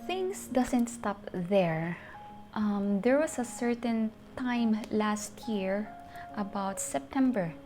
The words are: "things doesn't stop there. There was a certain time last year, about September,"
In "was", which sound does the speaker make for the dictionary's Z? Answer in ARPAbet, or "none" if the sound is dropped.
S